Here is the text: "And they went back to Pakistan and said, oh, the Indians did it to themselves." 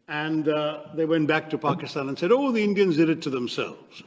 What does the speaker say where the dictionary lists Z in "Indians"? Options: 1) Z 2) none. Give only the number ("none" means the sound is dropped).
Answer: 1